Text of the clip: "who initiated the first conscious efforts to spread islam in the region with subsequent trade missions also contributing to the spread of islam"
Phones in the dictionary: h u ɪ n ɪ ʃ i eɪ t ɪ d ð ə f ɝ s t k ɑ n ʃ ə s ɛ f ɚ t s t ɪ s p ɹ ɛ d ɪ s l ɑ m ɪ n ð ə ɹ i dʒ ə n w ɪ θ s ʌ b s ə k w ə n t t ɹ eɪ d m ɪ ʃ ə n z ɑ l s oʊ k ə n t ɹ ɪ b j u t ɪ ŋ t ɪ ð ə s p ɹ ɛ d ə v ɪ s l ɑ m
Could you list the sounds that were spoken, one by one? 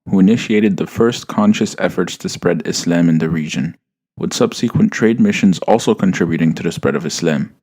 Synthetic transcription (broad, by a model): h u ɪ n ɪ ʃ i eɪ t ɪ d ð ə f ɝ s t k ɑ n ʃ ə s ɛ f ɚ t s t ɪ s p ɹ ɛ d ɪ s l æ m ɪ n ð ə ɹ i dʒ ə n w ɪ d s ʌ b s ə k w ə n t t ɹ eɪ d m ɪ ʃ ə n z ɑ l s oʊ k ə n t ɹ ɪ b j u t ɪ ŋ t ɪ ð ə s p ɹ ɛ d ə v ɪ s l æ m